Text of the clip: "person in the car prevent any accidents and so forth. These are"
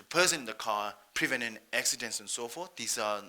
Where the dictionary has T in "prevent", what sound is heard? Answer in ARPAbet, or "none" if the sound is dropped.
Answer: none